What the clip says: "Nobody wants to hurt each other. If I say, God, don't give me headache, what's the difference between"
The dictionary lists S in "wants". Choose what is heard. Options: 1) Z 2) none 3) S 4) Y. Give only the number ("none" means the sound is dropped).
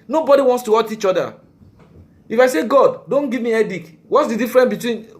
3